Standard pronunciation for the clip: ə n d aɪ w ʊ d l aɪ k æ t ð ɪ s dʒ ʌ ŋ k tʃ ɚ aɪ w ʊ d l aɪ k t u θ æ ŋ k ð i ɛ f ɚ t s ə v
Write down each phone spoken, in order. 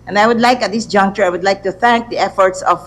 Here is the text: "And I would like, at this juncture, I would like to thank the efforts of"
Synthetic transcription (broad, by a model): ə n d aɪ w ʊ d l aɪ k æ t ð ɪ s dʒ ʌ ŋ k tʃ ɚ aɪ w ʊ d l aɪ k t u θ æ ŋ k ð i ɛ f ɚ t s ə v